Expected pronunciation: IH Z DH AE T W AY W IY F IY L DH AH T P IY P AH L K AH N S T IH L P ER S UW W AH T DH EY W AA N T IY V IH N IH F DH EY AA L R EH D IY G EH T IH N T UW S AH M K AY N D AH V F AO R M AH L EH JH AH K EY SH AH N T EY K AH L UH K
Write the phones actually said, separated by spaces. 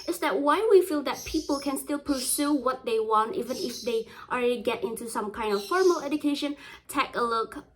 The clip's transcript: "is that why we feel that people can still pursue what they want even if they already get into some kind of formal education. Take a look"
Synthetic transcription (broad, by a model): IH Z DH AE T W AY W IY F IY L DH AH T P IY P AH L K AH N S T IH L P ER S UW W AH T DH EY W AA N T IY V IH N IH F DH EY AA L R EH D IY G EH T IH N T UW S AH M K AY N D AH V F AO R M AH L EH JH AH K EY SH AH N T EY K AH L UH K